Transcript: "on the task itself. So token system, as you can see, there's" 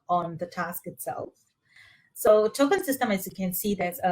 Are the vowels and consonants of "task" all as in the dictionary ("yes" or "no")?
yes